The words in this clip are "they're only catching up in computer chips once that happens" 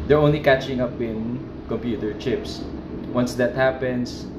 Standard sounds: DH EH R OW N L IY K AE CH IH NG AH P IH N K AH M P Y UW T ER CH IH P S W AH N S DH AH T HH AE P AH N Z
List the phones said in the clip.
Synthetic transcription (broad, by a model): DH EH R OW N L IY K AE CH IH NG AH P IH N K AH M P Y UW T ER CH IH P S W AH N S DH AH T HH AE P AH N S